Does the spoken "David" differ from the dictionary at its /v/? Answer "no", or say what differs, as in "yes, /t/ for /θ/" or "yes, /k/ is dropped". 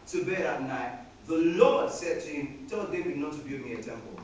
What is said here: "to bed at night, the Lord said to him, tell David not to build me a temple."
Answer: yes, /b/ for /v/